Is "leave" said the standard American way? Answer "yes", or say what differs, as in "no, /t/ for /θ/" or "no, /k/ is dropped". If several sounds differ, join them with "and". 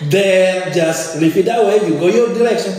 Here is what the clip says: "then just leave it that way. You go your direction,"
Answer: no, /f/ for /v/